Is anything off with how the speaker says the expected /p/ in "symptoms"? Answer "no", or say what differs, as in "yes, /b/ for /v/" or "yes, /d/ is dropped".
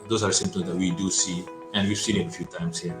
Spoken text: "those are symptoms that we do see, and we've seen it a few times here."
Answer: yes, /p/ is dropped